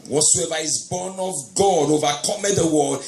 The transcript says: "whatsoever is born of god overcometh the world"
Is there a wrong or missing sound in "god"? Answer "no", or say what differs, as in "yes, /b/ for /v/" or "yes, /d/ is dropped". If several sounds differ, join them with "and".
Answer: no